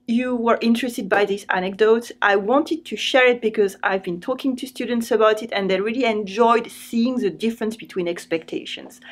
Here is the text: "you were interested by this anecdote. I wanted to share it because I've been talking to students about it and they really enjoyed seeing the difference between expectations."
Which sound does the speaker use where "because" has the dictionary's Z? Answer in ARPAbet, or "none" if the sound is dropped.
Z